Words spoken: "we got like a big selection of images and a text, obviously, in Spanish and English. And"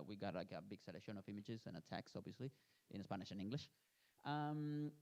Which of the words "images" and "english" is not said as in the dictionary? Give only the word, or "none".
none